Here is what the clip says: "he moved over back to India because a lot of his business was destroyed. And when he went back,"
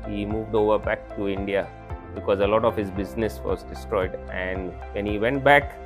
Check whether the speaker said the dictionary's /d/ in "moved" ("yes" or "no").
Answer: yes